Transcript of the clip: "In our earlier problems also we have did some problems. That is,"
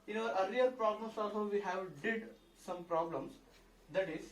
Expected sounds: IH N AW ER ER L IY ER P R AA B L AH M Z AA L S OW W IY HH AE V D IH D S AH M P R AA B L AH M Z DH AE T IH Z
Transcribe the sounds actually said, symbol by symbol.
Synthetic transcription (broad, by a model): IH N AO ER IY IY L P R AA B L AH M S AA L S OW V IY HH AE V D IH D S AH M P R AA B L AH M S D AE T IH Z